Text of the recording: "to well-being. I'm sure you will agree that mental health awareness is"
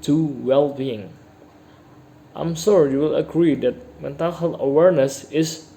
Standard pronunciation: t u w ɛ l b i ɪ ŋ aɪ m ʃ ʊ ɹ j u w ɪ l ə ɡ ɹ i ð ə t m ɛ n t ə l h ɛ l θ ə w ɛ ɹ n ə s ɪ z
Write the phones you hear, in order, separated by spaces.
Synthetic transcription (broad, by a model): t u w ɛ l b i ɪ ŋ aɪ m s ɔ ɹ j u w ɪ l ə ɡ ɹ i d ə t m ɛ n t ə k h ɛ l ə w ɛ ɹ n ə s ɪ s